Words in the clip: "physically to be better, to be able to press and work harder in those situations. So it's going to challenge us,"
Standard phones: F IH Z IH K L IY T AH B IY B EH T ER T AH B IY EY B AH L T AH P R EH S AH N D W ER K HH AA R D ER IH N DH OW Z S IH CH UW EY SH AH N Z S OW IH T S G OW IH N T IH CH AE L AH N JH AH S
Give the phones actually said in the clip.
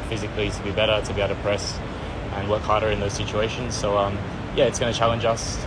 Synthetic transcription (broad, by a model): F IH Z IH K L IY T AH B IY B EH T ER T AH B IY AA AH T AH P R EH S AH N W ER K HH AA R D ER IH N DH OW Z S IH CH UW EY SH AH N Z S OW IH T S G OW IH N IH CH AE L AH N JH AH S